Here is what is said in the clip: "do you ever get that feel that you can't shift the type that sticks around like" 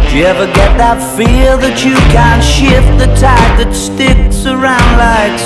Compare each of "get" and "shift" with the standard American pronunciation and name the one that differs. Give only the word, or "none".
none